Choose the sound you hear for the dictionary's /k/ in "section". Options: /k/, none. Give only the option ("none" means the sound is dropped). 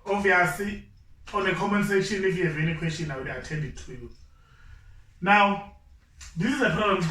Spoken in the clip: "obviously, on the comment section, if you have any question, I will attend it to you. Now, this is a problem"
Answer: none